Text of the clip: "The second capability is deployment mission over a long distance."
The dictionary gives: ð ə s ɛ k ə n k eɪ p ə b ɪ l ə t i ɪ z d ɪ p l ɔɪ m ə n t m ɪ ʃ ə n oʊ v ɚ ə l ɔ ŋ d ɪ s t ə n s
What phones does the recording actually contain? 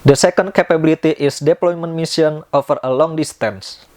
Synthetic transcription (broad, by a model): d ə s ɛ k ə n k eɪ p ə b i l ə t i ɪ s d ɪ p l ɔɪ m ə n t m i s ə n oʊ f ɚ ə l ɔ ŋ d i s t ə n s